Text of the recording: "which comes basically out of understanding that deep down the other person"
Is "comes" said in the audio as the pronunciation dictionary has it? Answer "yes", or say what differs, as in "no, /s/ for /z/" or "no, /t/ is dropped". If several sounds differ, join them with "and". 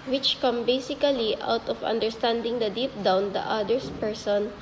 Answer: no, /z/ is dropped